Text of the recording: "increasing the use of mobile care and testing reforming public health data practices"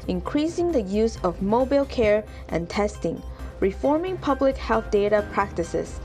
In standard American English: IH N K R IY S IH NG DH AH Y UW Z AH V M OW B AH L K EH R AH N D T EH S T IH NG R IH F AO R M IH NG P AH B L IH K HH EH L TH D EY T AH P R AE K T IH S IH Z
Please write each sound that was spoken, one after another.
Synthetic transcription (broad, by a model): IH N K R IY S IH NG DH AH Y UW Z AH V M OW B AH L K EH R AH N T EH S T IH NG R IH F AO R M IH NG P AH B L IH K HH EH L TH D EY T AH P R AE K T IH S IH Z